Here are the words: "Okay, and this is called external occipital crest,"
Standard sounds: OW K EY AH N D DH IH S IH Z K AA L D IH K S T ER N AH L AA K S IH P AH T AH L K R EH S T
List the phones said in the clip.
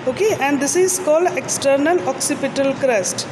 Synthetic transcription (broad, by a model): OW K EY AH N D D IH S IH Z K AA L D IH K S T ER N AH L AA K S IH P AH T AH L K R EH S T